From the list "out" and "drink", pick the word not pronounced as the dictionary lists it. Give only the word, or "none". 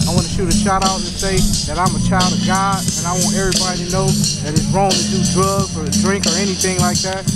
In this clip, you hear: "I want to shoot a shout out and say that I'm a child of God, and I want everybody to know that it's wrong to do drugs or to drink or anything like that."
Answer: none